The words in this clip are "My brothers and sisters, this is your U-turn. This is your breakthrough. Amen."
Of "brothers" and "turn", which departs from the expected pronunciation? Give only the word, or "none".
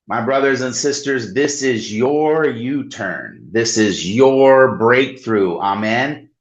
none